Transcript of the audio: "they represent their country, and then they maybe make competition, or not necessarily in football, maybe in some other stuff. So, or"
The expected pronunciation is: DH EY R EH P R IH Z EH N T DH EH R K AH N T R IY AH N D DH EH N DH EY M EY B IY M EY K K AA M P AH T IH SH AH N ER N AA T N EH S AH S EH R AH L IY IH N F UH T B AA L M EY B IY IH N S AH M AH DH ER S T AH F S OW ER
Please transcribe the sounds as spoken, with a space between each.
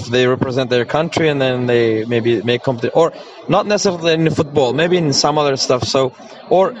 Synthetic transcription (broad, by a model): DH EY R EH P R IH Z EH N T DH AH R K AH N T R IY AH N DH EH N DH EY M EY B IY M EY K K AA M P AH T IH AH ER N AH T N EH S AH S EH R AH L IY IH N F UH T B AA L M EY B IY IH N S AH M AH DH ER S T AH F S OW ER